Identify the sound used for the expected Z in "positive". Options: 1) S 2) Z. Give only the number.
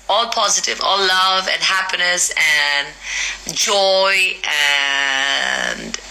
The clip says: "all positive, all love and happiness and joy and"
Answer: 2